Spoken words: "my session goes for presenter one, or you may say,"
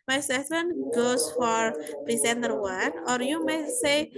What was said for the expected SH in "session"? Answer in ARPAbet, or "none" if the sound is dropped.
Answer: S